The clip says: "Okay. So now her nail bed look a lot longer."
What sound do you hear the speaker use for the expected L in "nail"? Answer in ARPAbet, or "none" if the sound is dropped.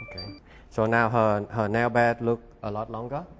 N